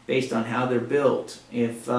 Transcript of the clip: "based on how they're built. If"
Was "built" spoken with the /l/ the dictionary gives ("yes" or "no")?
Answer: yes